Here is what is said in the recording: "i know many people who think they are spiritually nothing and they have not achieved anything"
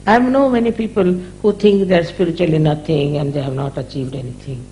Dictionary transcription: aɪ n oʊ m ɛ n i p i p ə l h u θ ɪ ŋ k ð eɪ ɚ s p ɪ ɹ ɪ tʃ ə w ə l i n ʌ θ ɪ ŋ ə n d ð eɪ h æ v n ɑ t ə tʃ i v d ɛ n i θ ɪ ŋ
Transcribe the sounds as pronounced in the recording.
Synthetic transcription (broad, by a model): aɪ n oʊ m ɛ n i p i p ə l h u t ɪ ŋ k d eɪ ɚ s p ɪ ɹ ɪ tʃ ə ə l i n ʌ t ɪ ŋ ə n d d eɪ h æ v n ɑ t ə tʃ i v d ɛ n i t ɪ ŋ